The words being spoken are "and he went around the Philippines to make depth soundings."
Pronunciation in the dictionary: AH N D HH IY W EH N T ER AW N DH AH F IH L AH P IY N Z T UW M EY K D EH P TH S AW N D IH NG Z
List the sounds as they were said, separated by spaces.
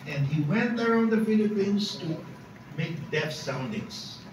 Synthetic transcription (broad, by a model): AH N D HH IY W EH N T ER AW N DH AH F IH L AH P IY N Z T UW M EY K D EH TH S AW N D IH NG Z